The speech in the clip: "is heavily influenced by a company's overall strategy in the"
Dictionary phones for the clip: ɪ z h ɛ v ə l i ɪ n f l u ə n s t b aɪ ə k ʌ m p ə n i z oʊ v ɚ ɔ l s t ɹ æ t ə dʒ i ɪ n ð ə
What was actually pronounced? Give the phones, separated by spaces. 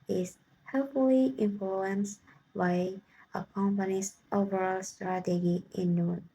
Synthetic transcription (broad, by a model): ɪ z h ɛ f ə l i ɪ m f l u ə n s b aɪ ə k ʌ m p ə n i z oʊ v ɚ ɔ l s t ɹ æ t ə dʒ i ɪ n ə